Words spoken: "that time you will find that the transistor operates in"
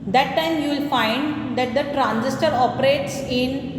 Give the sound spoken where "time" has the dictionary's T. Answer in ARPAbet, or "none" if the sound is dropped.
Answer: T